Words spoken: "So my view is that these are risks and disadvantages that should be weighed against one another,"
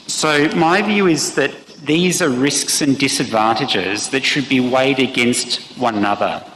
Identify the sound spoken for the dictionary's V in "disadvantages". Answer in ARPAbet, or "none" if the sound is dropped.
V